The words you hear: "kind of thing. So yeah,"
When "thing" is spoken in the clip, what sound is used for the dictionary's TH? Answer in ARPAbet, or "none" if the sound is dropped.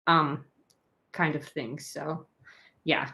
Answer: TH